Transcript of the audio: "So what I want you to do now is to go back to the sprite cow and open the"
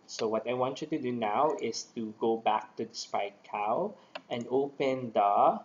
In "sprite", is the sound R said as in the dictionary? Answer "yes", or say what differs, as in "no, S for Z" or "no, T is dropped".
no, R is dropped